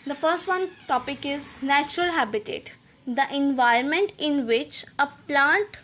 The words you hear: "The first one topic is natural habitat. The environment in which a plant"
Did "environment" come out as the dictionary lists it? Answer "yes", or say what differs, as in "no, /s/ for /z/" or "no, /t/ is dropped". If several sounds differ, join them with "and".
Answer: no, /ɹ/ is dropped